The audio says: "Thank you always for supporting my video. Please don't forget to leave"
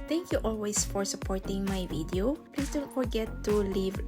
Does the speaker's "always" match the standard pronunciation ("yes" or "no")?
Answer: no